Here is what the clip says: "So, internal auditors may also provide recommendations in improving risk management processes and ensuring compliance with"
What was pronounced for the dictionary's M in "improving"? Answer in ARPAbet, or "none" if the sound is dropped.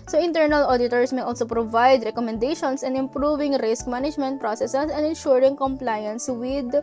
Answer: M